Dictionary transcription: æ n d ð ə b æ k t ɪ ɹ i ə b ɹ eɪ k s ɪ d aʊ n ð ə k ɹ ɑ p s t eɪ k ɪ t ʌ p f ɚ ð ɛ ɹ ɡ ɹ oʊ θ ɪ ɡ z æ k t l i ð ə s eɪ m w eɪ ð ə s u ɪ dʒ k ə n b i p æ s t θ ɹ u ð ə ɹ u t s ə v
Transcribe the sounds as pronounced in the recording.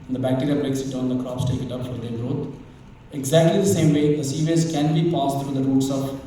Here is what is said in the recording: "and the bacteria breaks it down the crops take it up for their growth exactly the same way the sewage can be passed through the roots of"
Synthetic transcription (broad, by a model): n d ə b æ k t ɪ ɹ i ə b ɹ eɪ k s ɪ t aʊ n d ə k ɹ ɑ p s t eɪ k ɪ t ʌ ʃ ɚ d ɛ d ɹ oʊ t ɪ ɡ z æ k t l i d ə s eɪ m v eɪ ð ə s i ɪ z k ə n b i p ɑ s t t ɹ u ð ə ɹ u t s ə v